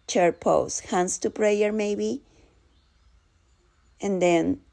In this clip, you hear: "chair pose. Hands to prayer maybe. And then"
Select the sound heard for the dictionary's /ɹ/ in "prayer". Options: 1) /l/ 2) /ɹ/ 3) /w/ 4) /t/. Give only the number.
2